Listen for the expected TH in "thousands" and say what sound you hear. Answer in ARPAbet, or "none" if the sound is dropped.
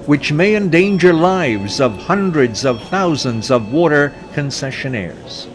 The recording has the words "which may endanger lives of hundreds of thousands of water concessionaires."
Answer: TH